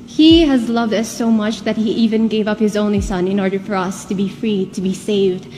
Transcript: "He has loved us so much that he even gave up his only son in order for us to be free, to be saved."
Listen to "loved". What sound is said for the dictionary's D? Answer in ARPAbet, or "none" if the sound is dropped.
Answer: D